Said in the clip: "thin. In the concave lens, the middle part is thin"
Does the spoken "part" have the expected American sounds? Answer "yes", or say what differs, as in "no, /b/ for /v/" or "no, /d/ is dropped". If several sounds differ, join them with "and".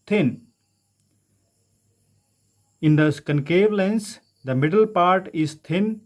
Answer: yes